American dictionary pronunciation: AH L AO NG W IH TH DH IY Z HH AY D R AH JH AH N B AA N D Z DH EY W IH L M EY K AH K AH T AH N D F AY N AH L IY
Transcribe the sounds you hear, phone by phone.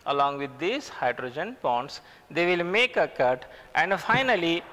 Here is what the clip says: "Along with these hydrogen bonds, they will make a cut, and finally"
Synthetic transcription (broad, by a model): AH L AO NG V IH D IY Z HH AY D R AH JH AH N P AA N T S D EY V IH L M EY K AH K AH T AH N D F AY N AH L IY